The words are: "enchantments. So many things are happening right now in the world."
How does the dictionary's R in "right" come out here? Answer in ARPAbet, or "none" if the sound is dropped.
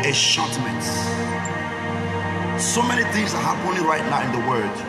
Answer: R